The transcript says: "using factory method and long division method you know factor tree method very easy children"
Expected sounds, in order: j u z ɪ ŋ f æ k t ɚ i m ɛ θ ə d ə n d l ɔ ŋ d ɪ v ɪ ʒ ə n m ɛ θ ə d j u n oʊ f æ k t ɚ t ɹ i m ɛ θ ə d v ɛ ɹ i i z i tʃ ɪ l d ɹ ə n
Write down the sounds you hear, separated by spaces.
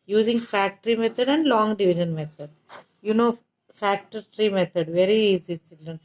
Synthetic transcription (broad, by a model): j u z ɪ ŋ f æ k t ɚ i m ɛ t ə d ə n d l ɔ ŋ d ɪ v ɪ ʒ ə n m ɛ t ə d j u n oʊ f æ k t ɚ t ɹ i m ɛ t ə d v ɛ ɹ i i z i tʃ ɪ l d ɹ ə n